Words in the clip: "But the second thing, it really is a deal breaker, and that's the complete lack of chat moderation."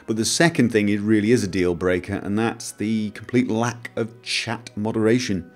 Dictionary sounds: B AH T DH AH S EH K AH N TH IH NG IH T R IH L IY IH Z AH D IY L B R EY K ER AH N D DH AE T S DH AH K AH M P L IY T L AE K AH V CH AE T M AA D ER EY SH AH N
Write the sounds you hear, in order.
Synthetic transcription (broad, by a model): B AH T DH AH S EH K AH N TH IH NG IH T R IH L IY IH Z AH D IY L B R EY K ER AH N DH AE T S DH AH K AH M P L IY T L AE K AH V CH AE T M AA D ER EY SH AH N